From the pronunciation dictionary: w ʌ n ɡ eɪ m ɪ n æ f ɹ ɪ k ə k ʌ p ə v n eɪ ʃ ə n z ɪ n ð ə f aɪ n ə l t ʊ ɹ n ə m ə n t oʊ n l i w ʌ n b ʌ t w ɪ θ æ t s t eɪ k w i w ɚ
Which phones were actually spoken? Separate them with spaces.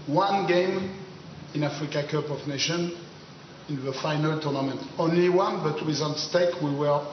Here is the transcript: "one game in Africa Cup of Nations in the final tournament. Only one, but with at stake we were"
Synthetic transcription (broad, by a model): w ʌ n ɡ eɪ m ɪ n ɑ f ɹ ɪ k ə k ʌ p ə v n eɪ ʃ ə n ɪ n ð ə f aɪ n ə l t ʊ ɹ n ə m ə n t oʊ n l i w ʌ n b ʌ t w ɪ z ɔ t s t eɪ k w i w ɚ